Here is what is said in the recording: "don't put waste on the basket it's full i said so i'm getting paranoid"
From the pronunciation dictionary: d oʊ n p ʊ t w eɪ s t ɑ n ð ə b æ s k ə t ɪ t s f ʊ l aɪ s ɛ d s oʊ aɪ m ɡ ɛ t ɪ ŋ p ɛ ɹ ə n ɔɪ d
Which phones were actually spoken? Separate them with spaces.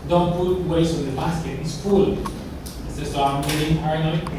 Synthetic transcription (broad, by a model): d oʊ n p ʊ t w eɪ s ɑ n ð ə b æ s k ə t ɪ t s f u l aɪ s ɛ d s oʊ aɪ m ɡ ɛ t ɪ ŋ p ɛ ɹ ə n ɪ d